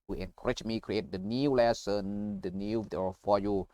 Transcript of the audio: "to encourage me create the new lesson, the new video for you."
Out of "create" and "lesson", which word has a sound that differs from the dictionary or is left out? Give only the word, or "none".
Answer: none